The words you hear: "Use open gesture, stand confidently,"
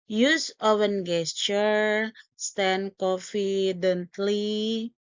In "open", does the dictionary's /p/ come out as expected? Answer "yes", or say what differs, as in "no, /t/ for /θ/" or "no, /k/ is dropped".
no, /f/ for /p/